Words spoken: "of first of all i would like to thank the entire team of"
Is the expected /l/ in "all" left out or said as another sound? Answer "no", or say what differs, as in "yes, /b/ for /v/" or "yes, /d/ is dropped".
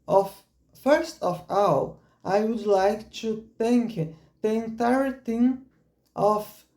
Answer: yes, /w/ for /l/